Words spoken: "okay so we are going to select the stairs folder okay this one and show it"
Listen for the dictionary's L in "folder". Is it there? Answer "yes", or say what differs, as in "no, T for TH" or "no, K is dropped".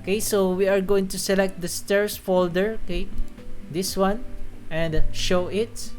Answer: yes